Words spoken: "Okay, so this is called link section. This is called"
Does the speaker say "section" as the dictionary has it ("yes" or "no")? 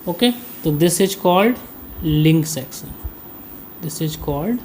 no